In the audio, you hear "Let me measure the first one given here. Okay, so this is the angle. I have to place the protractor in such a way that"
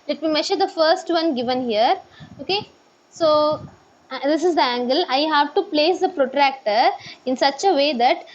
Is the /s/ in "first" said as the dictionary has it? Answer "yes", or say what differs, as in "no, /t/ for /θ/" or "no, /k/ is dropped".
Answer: yes